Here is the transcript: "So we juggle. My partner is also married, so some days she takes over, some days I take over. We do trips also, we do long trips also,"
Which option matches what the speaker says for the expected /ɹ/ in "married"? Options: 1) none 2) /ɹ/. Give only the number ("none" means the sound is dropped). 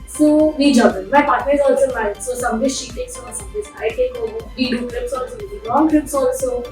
1